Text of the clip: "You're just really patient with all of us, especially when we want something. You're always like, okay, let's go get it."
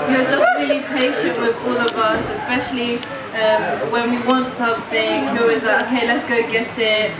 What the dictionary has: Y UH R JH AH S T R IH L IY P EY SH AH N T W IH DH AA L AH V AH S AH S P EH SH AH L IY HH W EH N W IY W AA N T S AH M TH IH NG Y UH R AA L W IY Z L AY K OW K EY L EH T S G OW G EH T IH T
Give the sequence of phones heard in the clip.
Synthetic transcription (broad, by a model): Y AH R JH AH S T R IH L IY P EY SH AH N T W IH DH AA L AH V AH S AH S P EH SH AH L IY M W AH N W IY W AA N T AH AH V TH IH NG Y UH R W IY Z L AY OW K EY L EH T S G OW G EH T IH T